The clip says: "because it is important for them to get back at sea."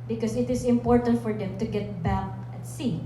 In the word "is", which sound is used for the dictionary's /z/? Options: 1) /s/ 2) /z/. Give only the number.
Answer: 1